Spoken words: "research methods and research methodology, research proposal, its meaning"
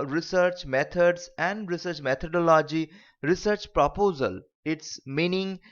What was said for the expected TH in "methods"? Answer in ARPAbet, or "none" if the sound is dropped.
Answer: T